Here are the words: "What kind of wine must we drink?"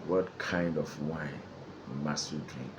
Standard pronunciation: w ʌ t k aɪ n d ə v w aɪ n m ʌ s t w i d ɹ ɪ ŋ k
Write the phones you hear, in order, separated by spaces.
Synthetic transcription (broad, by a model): w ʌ t k aɪ n d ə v w aɪ n m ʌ s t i d ɹ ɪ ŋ k